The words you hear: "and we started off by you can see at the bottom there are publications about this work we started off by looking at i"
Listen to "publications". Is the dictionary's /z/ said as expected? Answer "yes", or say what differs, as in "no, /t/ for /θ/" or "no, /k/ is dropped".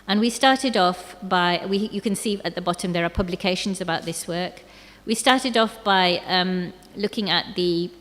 yes